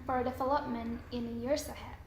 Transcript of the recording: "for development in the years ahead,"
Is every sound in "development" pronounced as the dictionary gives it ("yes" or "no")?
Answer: no